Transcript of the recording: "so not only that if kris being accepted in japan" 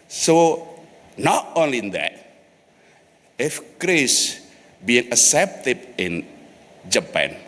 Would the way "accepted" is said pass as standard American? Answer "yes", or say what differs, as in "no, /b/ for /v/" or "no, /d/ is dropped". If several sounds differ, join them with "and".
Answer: no, /k/ is dropped